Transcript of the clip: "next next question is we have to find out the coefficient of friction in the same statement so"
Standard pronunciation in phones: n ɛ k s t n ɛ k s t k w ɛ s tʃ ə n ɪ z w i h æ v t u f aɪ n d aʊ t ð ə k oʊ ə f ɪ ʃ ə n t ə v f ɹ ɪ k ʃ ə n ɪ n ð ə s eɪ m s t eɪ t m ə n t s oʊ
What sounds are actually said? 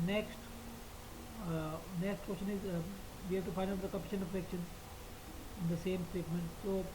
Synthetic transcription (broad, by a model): n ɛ k s t n ɛ k s t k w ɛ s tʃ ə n ɪ z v i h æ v t u f aɪ n d aʊ t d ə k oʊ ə p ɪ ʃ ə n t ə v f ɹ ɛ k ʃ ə n ɪ n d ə s eɪ m s t eɪ t m ə n t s oʊ